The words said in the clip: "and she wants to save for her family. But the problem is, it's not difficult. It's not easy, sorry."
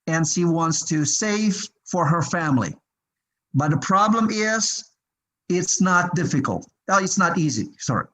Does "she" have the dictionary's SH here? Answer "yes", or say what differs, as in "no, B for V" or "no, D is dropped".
yes